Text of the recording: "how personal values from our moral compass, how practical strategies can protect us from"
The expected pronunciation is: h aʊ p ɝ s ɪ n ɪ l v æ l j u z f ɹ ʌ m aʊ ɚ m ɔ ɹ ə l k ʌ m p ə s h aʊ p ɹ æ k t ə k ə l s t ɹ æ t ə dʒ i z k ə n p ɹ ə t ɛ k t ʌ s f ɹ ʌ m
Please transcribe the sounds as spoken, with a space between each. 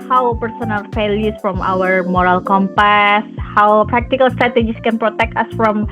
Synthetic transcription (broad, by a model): h aʊ p ɝ s ɪ n ɪ l f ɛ l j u s f ɹ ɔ m aʊ ɚ m ɔ ɹ ə l k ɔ m p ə s h aʊ p ɹ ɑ k t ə k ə l s t ɹ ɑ t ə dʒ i s k ə n p ɹ ə t ɛ k t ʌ s f ɹ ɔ m